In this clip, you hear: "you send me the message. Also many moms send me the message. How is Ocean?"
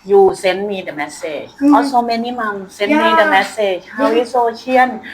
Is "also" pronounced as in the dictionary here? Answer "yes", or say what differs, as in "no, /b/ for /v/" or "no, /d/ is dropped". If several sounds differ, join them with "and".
no, /l/ is dropped